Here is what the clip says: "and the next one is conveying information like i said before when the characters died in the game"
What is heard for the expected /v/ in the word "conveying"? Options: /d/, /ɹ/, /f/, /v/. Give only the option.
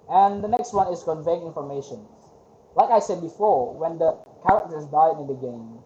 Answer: /v/